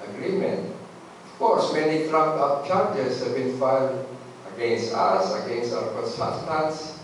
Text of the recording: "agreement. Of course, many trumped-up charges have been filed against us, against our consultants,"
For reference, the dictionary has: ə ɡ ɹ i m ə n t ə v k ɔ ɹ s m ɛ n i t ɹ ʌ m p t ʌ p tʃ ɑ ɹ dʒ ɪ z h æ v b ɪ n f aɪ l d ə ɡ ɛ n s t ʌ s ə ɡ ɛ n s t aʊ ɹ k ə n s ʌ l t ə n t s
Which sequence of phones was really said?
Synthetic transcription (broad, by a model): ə ɡ ɹ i m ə n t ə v k ɔ ɹ s m ɛ n i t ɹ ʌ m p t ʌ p tʃ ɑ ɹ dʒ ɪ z h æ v b ɪ n f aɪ n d ə ɡ ɛ n s t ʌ s ə ɡ ɛ n s t aʊ ɹ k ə n s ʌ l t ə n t s